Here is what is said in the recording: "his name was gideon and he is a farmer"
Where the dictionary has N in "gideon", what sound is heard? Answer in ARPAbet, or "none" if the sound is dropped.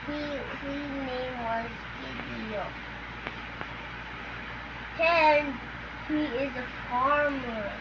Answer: none